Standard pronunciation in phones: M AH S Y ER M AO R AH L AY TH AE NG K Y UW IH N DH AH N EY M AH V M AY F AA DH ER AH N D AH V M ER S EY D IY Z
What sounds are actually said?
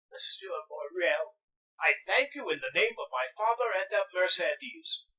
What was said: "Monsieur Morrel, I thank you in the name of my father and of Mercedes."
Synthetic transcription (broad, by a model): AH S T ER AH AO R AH L AY TH AE NG K Y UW IH N DH AH N EY M AH V M AY F AA DH ER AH N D AH V M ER S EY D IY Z